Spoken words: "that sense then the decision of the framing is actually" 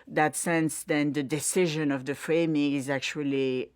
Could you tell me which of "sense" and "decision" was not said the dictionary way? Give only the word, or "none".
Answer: none